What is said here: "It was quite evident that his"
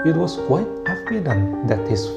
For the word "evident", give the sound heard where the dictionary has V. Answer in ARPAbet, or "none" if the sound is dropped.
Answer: F